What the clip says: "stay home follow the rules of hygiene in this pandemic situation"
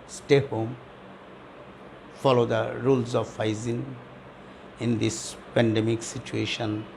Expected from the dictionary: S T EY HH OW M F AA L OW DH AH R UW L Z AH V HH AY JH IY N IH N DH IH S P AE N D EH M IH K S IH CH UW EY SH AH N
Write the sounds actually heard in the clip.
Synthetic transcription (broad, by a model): S T EY HH OW M F AA L OW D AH R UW L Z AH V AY Z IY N IH N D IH S P AE N D EH M IH K S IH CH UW EY SH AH N